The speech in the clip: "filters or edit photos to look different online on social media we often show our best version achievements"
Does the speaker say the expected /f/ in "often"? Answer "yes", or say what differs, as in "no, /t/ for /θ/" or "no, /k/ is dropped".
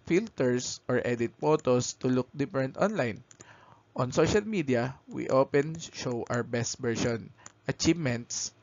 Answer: no, /p/ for /f/